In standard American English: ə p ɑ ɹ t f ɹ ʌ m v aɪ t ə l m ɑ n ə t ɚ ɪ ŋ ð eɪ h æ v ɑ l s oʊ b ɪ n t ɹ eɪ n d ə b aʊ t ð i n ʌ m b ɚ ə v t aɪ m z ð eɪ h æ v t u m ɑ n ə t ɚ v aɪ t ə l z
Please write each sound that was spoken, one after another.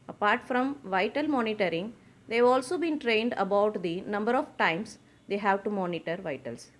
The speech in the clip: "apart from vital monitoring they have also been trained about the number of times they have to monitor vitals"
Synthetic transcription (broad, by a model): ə p ɑ ɹ t f ɹ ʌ m v aɪ t ə l m ɑ n ə t ɚ ɪ ŋ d eɪ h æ v ɑ l s oʊ b ɪ n t ɹ eɪ n d ə b aʊ t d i n ʌ m b ɚ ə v t aɪ m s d eɪ h æ v t u m ɑ n ə t ɚ v aɪ t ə l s